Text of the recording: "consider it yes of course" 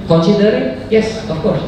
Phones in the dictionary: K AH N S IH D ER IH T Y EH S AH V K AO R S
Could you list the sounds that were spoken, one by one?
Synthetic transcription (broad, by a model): K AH N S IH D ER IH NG Y EH S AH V K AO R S